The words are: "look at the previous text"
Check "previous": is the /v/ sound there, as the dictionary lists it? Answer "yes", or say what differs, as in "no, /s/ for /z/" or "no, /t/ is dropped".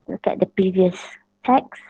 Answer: yes